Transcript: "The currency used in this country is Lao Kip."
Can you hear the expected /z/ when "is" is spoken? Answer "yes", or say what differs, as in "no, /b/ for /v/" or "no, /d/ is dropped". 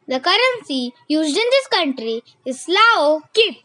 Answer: no, /s/ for /z/